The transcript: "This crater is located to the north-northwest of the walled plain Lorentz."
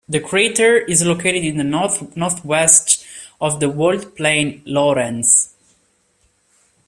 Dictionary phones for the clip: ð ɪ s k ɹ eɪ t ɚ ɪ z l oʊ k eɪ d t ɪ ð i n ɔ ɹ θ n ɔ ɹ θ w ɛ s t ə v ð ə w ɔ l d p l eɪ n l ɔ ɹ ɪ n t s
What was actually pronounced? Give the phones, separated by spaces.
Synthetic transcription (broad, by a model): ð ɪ k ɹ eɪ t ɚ ɪ z l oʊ k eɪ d t ɪ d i n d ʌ n ɔ ɹ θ w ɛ s t ə v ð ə w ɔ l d p l eɪ n l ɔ ɹ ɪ n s